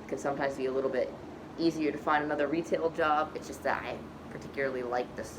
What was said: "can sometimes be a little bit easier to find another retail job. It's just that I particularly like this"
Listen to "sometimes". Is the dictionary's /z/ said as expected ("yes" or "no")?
yes